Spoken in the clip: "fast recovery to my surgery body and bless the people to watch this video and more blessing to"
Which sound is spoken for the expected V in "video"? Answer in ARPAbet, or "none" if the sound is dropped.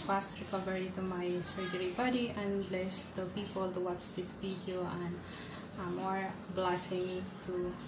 P